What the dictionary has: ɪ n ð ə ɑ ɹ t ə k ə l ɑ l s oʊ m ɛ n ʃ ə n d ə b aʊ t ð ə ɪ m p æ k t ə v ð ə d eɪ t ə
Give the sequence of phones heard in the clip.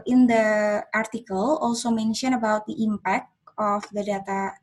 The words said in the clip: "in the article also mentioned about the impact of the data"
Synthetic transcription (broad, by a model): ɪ n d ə ɑ ɹ t ə k ə l ɑ l s oʊ m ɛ n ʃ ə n ə b aʊ t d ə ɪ m p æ k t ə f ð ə d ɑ t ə